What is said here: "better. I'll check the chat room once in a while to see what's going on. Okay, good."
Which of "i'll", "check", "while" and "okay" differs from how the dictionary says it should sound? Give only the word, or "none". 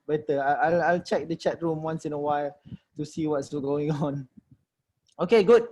none